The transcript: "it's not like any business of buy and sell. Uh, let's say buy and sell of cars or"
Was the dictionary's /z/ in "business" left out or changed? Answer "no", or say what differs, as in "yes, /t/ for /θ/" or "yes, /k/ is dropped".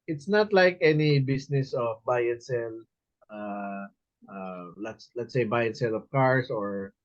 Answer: yes, /s/ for /z/